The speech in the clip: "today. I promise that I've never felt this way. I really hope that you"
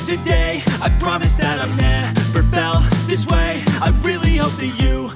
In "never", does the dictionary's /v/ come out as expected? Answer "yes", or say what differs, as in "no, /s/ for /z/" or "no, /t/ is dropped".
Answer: no, /b/ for /v/